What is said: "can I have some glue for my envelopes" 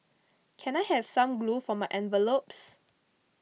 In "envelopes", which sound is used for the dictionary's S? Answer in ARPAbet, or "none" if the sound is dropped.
S